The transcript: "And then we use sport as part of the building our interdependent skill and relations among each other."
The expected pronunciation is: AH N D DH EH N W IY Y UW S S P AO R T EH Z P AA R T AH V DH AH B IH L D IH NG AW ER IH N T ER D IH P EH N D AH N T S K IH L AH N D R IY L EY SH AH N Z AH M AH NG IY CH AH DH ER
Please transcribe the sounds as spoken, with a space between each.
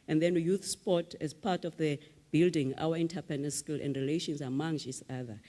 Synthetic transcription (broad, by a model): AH N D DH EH N Y UW TH S P AO T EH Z P AA T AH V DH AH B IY L D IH NG AW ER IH N T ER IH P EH N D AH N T S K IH L AH N D R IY L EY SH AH N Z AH M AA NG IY S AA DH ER